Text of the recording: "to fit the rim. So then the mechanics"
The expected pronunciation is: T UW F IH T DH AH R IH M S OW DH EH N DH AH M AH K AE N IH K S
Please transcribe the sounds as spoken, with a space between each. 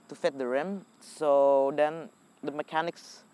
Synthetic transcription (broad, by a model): T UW F IH T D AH R IH M S OW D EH N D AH M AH K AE N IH K S